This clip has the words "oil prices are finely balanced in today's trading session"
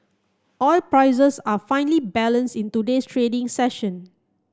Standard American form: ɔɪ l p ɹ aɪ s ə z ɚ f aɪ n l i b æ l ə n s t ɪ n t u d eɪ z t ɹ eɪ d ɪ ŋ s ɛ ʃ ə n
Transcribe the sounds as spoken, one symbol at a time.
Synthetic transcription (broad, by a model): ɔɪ l p ɹ aɪ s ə s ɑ f aɪ n l i b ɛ l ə n s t ɪ n t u d eɪ s t ɹ eɪ d ɪ ŋ s ɛ ʃ ə n